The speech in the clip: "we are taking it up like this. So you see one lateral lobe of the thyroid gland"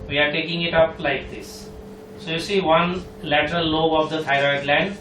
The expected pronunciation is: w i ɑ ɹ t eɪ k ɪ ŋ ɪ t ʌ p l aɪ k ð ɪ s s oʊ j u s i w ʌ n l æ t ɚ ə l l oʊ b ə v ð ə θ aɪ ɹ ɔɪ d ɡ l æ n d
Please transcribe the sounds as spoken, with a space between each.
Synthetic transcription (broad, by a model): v i ɑ ɹ t eɪ k ɪ ŋ ɪ t ʌ p l aɪ k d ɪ s s oʊ j u s i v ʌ n l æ t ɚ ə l l oʊ ə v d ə t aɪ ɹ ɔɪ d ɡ l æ n d